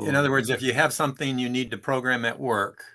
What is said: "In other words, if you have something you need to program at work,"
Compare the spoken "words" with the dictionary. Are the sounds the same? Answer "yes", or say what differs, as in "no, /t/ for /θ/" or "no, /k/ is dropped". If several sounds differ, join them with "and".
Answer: yes